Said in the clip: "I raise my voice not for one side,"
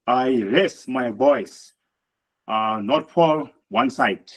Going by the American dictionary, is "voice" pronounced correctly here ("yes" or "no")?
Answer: no